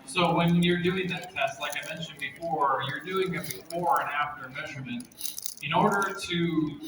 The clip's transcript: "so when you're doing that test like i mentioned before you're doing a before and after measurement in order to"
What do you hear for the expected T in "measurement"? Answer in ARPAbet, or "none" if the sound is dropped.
T